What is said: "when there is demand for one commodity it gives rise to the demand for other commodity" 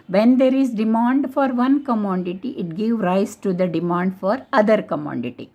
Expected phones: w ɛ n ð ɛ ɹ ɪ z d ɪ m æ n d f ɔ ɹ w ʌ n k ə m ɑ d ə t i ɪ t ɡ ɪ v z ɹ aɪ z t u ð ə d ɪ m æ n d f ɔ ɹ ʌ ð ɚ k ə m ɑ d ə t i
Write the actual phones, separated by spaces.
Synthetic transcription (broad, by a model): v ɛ n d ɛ ɹ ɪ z d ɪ m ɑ n d f ɔ ɹ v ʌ n k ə m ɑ d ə t i ɪ t ɡ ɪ v ɹ aɪ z t u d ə d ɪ m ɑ n d f ɔ ɹ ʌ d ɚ k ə m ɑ d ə t i